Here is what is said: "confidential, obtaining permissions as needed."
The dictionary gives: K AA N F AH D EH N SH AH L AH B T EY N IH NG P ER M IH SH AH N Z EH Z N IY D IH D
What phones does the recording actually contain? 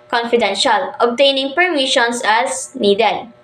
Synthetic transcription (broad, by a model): K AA N F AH D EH N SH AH L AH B T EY N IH NG P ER M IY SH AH N S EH S N IY D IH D